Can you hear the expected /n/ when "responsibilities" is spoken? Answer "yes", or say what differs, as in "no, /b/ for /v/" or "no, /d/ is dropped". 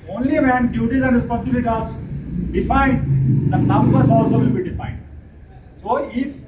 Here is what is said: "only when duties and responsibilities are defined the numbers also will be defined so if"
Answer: no, /n/ is dropped